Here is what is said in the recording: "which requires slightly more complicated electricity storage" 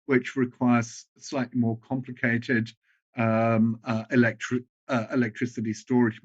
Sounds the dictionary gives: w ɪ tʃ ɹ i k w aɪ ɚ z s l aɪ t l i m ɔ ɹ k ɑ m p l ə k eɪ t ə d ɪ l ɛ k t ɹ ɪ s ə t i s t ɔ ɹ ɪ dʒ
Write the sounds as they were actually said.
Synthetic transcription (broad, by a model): w ɪ tʃ ɹ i k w aɪ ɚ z s l aɪ t l i m ɔ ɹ k ɑ m p l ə k eɪ t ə d ɪ l ɛ k t ɹ ɪ s ə t i s t ɔ ɹ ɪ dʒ